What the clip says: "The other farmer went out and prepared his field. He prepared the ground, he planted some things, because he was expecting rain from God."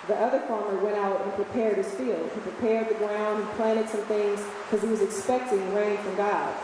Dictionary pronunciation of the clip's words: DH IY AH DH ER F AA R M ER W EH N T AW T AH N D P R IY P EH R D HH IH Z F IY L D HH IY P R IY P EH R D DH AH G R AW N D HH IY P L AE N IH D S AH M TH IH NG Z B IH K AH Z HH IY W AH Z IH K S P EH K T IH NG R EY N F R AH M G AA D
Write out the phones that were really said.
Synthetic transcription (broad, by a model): DH IY AH DH ER F AA R M ER W EH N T AW T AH N P R IY P EH R D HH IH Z F IY L D HH IY P R IY P EH R D DH AH G R AW N D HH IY P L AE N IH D S AH M TH IH NG Z K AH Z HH IY W AH Z IH K S P EH K T IH NG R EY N F R AH M G AA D